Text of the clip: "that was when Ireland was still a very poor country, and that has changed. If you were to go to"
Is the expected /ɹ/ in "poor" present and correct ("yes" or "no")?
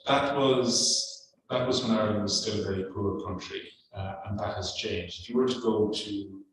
yes